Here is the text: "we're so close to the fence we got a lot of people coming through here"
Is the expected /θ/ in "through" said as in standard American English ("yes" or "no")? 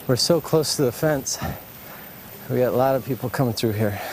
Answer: yes